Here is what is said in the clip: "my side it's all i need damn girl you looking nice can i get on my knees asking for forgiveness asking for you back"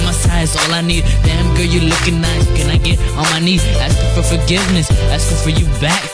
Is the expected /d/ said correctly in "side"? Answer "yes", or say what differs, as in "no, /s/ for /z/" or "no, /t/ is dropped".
no, /d/ is dropped